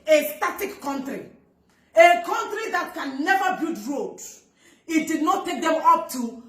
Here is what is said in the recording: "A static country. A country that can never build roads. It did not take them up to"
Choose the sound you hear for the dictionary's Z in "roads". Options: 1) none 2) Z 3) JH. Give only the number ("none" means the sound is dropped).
1